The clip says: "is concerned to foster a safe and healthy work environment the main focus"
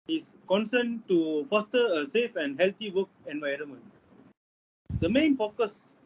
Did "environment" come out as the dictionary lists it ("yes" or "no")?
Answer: yes